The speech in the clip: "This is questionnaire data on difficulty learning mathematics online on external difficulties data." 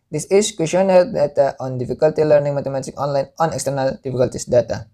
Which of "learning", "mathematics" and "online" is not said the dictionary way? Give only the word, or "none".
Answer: mathematics